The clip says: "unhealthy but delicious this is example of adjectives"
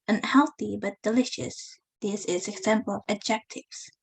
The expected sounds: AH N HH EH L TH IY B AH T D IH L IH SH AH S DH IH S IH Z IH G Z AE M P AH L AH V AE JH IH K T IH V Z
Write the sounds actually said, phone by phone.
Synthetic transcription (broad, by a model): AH N HH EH L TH IY B AH T D IH L IH SH AH S DH IH S IH Z IH G Z AE M P AH L AH V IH JH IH K T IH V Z